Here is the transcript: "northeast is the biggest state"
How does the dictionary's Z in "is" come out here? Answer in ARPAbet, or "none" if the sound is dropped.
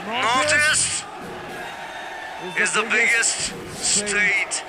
Z